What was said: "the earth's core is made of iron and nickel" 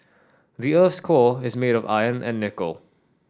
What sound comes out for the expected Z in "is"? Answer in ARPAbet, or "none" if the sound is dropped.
Z